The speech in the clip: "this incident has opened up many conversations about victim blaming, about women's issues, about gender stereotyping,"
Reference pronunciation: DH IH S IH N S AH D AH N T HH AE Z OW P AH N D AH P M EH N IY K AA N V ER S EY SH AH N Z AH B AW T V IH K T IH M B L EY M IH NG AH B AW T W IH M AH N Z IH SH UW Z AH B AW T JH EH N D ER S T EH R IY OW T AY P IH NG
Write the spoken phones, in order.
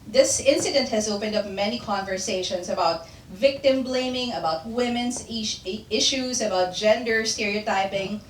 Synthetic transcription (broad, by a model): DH IH S IH N S AH D AH N T HH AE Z OW P AH N D AH P M EH N IY K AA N V ER S EY SH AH N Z AH B AW T V IH K T IH M B L EY M IH NG AH B AW T W IH M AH N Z IH SH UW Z AH B AW T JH EH N D ER S T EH R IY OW T AY P IH NG